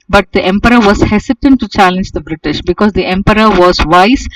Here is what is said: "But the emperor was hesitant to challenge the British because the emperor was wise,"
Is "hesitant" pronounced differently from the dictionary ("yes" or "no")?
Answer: yes